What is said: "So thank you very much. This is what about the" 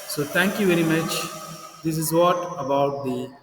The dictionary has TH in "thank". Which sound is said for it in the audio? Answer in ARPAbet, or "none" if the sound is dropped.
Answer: T